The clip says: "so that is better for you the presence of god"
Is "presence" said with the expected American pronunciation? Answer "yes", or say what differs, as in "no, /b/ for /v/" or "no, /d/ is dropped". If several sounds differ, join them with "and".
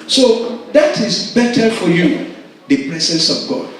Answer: no, /s/ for /z/